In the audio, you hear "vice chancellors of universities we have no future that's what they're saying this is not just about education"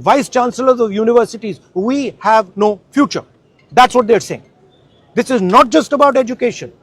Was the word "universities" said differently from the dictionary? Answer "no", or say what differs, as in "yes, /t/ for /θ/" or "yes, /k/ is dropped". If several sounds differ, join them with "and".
no